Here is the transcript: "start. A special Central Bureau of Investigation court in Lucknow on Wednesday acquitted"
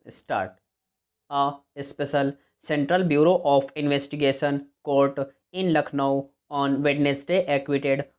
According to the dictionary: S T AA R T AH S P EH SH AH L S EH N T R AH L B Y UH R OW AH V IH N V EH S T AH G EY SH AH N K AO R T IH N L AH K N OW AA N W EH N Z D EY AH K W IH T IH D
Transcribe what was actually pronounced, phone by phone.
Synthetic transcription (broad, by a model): S T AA R T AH S P EH SH AH L S EH N T R AH L B Y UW R OW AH F IH N V EH S T AH G EY SH AH N K AO R T IH N L AH K N OW AA N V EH N S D EY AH K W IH T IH D